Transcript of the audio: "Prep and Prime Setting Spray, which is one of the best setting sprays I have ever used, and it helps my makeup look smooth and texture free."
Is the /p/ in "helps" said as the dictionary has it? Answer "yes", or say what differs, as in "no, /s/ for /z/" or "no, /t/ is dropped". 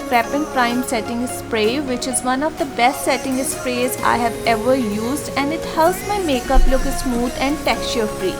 no, /p/ is dropped